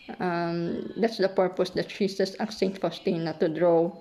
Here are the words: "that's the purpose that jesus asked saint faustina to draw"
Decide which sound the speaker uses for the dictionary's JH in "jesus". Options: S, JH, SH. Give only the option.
SH